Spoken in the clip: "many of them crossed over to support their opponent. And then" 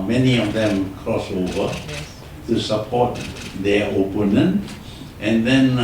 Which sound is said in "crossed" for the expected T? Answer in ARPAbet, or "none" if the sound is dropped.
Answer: none